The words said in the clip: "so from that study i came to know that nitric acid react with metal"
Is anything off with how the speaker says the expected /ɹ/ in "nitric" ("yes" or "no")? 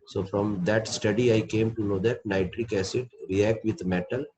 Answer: no